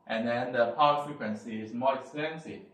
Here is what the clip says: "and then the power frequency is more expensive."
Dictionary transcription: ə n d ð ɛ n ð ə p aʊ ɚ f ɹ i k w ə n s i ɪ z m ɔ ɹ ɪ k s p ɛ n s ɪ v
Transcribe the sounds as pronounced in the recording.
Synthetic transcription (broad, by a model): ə n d ɛ n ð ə p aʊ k f ɹ i k w ə n s i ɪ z m ɔ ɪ k s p ɛ n s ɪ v